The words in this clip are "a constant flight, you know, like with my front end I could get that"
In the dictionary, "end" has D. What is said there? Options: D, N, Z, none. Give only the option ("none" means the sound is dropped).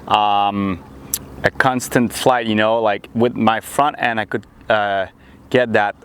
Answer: none